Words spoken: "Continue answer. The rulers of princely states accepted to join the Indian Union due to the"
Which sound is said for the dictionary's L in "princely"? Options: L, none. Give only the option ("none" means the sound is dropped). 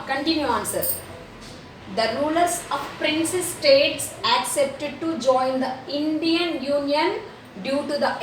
none